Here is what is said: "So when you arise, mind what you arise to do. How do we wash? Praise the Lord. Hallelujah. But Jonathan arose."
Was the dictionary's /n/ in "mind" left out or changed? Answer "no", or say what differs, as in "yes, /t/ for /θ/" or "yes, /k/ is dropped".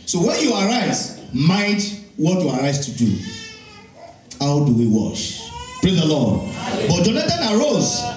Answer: yes, /n/ is dropped